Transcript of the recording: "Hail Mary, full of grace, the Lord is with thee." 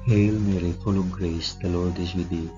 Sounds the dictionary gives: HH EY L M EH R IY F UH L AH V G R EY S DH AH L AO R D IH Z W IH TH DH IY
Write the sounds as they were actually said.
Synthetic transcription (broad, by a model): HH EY L M EH R IY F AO L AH B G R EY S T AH L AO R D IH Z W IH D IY